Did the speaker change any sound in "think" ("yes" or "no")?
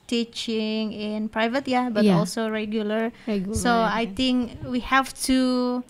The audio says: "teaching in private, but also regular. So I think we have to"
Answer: yes